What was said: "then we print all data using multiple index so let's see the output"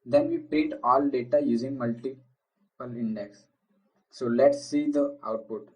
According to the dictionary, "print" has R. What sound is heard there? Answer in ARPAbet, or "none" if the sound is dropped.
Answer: none